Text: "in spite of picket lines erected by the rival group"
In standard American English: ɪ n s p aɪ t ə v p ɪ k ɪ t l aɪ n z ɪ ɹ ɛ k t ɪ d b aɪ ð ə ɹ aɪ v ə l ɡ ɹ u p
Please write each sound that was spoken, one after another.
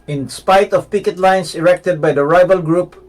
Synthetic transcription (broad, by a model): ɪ n s p aɪ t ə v p ɪ k ɪ t l aɪ n s ɪ ɹ ɛ k t ɪ d b aɪ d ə ɹ aɪ v ə l ɡ ɹ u p